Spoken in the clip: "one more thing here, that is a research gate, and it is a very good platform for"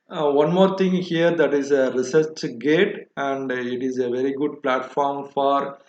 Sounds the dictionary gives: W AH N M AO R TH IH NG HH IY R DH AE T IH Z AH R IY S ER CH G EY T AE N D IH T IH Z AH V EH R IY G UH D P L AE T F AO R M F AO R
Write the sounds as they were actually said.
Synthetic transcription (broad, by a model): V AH N M AO R T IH NG HH IY R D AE T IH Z AH R IY S ER CH G EY T AE N D IH T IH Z AH V EH R IY G UH D P L AE T F AO R M F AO R